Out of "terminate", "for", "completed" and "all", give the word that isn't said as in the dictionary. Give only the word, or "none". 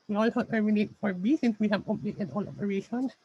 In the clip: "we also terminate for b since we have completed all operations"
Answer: completed